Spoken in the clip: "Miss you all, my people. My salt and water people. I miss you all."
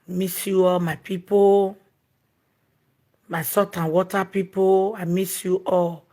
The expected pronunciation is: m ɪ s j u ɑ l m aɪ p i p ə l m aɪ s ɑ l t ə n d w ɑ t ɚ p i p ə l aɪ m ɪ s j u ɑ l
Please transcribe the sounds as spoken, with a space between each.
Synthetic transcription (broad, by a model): m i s j u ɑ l m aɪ p i p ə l m aɪ s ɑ t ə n w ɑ t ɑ p i p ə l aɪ m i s j u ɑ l